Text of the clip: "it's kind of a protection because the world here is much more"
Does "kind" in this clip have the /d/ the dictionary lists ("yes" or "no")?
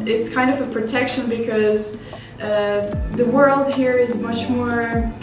yes